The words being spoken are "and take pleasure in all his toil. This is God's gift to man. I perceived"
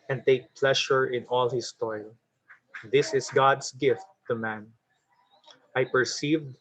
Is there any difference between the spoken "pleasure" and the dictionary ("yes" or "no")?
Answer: yes